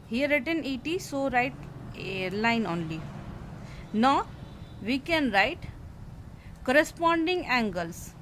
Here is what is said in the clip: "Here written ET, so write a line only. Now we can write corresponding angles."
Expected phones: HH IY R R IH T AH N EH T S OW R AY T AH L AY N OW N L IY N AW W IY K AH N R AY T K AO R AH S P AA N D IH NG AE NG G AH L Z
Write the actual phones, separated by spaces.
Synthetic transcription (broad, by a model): HH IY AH R IH T AH N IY T S OW R AY T L AY N OW N L IY N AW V IY K AH N R AY T K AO R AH S P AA N D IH NG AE NG G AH L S